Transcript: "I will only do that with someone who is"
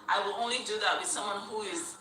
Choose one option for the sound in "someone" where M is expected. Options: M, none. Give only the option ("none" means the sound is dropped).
M